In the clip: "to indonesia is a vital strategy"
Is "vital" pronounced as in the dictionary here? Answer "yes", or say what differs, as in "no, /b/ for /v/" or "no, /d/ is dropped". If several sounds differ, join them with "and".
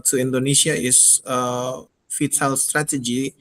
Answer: no, /f/ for /v/